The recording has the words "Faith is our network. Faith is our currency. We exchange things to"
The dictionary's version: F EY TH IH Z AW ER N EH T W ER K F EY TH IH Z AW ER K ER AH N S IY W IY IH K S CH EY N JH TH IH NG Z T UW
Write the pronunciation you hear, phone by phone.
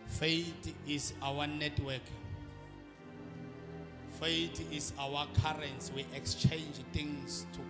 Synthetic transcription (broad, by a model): F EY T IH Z AW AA N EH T W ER K F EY T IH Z AW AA K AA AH N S W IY IH K S CH EY N JH T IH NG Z T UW